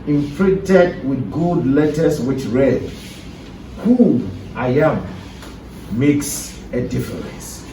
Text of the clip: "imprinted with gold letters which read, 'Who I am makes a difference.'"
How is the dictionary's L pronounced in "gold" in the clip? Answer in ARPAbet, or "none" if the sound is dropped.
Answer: none